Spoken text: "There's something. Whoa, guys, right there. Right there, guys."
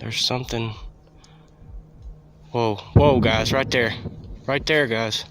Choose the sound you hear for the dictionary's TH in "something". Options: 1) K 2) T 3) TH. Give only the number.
3